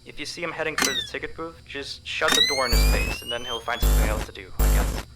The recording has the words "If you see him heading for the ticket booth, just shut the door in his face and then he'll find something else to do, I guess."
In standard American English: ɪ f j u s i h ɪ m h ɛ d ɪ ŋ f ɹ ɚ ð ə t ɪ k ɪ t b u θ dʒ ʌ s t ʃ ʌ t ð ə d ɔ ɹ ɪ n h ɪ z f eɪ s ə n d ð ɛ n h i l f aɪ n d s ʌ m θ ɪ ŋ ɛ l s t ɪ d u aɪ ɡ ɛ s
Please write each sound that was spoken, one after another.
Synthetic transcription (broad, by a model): ɪ f j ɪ s i h ɪ m h ɛ d ɪ ŋ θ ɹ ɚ ð ə t ɪ k ɪ t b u f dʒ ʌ s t ʃ ʌ t ð ə d ɔ ɹ ɪ n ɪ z f eɪ s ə n ð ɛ n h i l f aɪ n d s ʌ m θ ɪ ŋ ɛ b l t ɪ d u aɪ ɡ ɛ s